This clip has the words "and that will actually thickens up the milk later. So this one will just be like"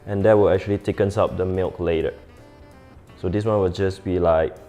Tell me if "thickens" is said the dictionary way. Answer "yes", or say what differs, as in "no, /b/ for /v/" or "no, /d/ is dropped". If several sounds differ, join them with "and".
no, /t/ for /θ/ and /s/ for /z/